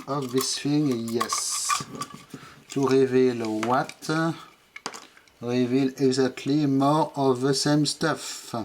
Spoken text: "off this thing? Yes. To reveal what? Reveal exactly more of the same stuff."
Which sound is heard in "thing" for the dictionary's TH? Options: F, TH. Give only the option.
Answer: F